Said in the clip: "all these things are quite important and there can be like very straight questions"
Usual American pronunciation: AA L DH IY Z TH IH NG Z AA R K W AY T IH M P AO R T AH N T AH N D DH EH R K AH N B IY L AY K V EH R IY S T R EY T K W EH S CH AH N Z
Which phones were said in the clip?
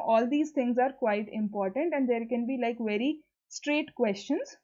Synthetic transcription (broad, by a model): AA L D IY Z T IH NG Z AA R K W AY T IH M P AO R T AH N T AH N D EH R K AH N B IY L AY K V EH R IY S T R EY T K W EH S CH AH N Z